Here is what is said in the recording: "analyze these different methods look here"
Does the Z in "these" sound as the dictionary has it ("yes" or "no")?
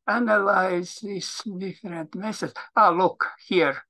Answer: no